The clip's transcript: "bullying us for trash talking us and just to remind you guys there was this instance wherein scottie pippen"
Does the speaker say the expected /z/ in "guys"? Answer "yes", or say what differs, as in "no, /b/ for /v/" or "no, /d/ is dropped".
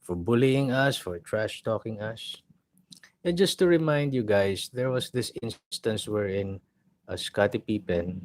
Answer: no, /s/ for /z/